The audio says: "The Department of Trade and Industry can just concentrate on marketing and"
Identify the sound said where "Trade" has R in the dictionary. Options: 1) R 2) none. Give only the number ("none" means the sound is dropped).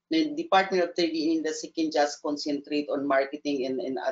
2